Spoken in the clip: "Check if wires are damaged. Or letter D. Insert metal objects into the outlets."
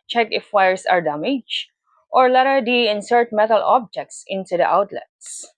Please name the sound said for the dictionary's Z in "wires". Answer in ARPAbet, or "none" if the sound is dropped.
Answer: S